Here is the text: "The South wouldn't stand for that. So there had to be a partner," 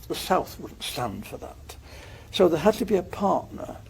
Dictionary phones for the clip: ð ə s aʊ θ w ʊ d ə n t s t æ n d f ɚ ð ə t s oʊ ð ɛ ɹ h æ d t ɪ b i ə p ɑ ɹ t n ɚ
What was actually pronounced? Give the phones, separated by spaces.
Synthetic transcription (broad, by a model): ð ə s aʊ θ w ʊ d n t s t æ n d f ɚ ð ə t s oʊ ð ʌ ɹ h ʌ d t ɪ b i ə p ɑ ɹ t n ɚ